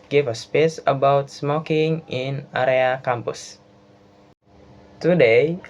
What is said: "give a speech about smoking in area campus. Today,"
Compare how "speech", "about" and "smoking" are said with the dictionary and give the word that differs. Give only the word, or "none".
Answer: speech